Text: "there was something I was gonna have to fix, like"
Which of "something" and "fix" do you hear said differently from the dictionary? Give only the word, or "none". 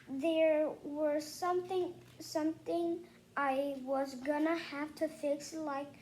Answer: none